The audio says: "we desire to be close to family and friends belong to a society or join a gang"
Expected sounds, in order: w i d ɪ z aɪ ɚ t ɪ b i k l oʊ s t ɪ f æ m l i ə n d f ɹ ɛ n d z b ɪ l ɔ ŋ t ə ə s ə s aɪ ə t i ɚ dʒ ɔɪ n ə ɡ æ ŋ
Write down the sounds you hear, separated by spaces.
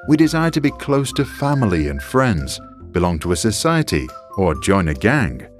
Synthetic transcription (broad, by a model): w i d ɪ z aɪ ɚ t ɪ b i k l oʊ s t ɪ f æ m l i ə n f ɹ ɛ n d z b ɪ l ɔ ŋ t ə ə s ə s aɪ ə t i ɚ dʒ ɔɪ n ə ɡ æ ŋ